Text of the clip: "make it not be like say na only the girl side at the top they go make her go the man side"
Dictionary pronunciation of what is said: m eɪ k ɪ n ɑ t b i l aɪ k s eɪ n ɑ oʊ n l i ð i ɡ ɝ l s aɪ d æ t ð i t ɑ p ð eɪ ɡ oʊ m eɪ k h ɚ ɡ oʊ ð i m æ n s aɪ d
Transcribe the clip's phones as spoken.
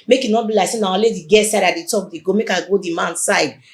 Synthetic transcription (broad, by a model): m eɪ k ɪ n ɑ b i l aɪ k s eɪ n ɑ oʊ l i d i ɡ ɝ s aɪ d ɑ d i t ɑ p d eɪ ɡ oʊ m eɪ k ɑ ɡ oʊ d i m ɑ n s aɪ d